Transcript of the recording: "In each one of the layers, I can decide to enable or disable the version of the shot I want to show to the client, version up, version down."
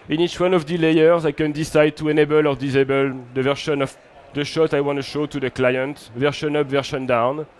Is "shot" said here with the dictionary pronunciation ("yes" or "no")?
yes